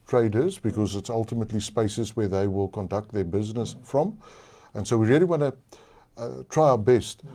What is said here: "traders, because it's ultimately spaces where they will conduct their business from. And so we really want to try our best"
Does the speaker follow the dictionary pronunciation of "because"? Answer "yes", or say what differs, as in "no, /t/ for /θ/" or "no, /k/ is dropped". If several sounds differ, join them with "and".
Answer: yes